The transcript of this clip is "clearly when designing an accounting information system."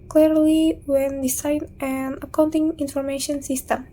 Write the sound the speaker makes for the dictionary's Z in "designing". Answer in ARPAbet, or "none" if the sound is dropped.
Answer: S